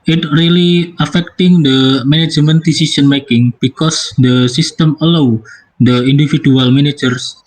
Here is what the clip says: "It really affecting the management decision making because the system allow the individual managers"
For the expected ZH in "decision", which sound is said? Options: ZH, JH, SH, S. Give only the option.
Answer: S